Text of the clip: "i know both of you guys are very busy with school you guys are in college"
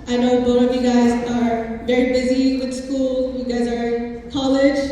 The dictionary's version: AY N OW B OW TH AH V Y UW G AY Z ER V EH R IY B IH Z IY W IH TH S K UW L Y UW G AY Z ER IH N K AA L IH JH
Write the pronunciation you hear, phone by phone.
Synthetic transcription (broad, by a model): AY N OW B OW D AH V Y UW G AY Z ER V EH R IY B IH Z IY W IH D S K UW L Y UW G AY Z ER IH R K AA L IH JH